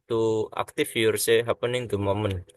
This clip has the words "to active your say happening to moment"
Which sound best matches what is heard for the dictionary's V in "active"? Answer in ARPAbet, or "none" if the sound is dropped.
F